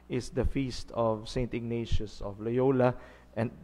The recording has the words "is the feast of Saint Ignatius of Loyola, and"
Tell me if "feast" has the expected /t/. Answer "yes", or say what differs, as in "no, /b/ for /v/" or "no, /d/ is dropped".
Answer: yes